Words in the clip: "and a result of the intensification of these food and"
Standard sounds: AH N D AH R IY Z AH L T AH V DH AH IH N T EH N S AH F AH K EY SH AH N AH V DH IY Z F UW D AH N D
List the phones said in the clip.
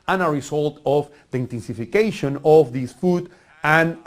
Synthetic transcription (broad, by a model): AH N AH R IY S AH L T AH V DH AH IH N T EH N S AH F AH K EY SH AH N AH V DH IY S F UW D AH N